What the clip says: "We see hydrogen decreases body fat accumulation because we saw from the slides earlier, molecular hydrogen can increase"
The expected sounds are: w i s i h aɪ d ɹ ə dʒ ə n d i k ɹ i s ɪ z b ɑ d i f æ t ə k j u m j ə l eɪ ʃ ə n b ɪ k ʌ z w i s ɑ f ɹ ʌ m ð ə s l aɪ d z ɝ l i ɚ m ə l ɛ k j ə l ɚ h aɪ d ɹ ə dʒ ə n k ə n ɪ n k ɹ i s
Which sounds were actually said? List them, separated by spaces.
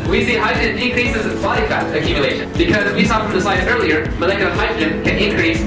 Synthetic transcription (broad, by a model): w i s i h aɪ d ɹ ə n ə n k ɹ i s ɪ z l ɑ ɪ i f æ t ə k j u m j ə l eɪ ʃ ə n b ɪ k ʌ z w i s ɑ f ɹ ʌ m ð ə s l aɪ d ɝ l i ɚ m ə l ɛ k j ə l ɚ h aɪ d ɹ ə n k ə n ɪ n k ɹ i s